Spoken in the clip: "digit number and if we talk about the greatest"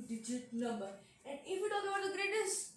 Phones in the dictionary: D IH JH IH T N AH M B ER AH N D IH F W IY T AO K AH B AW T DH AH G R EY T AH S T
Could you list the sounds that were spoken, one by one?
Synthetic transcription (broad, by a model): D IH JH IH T N AH M B ER AH N D IH F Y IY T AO AH AW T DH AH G R EY T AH S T